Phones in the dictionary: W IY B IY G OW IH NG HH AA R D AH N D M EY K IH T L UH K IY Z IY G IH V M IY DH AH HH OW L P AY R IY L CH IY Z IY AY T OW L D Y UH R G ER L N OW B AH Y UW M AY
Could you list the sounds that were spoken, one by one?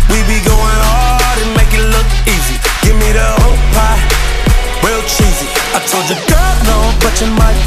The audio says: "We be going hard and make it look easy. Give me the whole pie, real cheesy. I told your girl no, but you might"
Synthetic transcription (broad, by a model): W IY B IY G OW IH NG HH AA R D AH N M EY K IH T L UH K IY Z IY G IH V M IY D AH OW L P AY W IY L CH IY Z IY AY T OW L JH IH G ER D N OW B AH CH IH M AY